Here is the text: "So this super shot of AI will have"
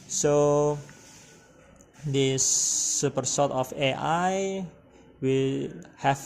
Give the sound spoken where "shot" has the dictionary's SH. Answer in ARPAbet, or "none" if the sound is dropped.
S